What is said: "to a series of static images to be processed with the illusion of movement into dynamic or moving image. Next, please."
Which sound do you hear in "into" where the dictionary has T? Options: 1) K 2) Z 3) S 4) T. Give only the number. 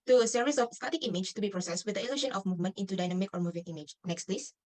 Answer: 4